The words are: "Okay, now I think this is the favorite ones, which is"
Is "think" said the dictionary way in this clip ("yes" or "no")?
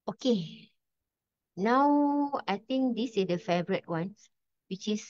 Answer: no